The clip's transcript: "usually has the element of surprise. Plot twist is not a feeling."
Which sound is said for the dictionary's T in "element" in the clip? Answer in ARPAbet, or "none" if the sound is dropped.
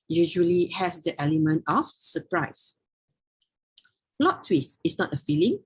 T